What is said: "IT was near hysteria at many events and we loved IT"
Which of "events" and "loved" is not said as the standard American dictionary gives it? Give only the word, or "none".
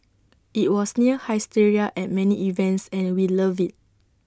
loved